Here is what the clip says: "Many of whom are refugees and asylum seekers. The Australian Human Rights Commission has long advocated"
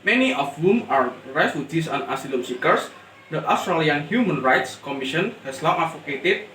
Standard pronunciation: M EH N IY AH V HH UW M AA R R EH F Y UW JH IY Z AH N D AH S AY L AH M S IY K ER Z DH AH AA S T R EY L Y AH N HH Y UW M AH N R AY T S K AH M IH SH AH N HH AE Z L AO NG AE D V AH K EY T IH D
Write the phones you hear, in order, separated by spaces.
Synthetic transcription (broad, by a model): M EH N IY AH F HH UW M AA R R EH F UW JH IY S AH N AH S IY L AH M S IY K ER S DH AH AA S T R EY L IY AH N HH Y UW M AH N R AY T S K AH M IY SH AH N HH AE S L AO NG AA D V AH K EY T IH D